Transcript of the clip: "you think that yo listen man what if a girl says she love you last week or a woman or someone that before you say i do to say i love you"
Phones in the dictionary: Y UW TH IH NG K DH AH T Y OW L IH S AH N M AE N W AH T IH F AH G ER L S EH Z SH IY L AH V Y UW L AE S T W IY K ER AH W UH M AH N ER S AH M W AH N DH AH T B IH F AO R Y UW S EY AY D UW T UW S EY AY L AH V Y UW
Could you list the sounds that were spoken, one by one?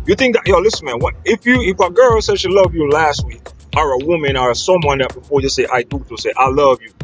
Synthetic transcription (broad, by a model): Y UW TH IH NG K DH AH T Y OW L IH S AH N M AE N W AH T IH F AH G ER L S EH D SH IY L AH V Y UW L AE S T W IY K ER AH W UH M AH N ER S AH M W AH N DH AH T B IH F AO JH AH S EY AY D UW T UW S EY AY L AH V Y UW